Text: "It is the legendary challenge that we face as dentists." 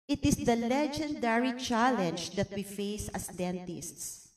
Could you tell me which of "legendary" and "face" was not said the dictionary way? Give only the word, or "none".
none